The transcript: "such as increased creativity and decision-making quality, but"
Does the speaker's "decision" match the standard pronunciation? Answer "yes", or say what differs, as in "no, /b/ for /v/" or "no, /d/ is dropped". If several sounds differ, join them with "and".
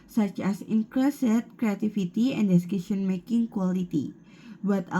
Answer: no, /ʃ/ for /ʒ/